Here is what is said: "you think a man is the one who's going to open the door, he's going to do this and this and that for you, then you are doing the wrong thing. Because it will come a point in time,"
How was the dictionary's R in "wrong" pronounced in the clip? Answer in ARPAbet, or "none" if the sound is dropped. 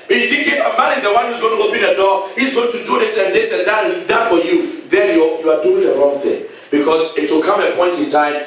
R